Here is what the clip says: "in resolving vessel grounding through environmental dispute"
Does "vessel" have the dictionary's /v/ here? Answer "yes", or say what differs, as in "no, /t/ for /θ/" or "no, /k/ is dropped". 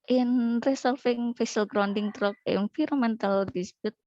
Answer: no, /f/ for /v/